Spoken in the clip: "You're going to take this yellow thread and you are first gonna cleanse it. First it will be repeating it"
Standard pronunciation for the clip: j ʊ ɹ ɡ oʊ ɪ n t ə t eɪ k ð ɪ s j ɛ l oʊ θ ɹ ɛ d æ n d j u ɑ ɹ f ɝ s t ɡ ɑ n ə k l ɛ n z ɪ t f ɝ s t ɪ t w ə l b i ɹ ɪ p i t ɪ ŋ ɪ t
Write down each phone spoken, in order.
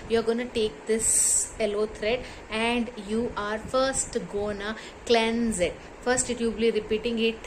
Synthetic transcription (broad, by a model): j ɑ ɹ ɡ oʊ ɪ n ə t eɪ k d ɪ s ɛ l oʊ t ɹ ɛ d æ n d j u ɑ ɹ f ɝ s t ɡ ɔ n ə k l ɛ n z ɪ t f ɝ s t ɪ t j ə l b i ɹ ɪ p i t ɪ ŋ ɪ t